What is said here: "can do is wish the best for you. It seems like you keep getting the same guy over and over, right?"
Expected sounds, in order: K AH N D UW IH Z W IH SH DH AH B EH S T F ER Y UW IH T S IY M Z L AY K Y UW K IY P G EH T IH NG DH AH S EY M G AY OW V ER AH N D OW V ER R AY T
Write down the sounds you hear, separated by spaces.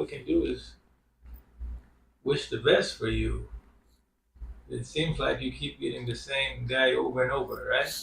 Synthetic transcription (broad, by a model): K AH N D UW IH Z W IH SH DH AH B EH S T F ER Y UW IH T S IY M Z L AY K Y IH K IY P G EH T IH NG DH AH S EY M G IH OW V ER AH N OW V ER R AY